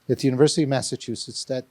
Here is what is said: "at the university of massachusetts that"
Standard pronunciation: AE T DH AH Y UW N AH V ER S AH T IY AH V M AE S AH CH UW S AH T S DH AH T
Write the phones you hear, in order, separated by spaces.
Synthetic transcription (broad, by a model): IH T DH AH Y UW N AH V ER S AH T IY AH V M AE S AH CH UW S AH T S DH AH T